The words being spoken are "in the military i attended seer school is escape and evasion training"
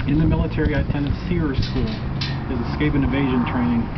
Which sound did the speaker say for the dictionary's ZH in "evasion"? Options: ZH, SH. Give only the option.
ZH